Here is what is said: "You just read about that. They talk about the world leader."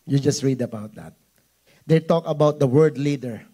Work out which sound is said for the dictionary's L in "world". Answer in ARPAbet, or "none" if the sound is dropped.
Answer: none